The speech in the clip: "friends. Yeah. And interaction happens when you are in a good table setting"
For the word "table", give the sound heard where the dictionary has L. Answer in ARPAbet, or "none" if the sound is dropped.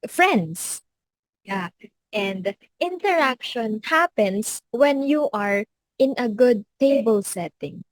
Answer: L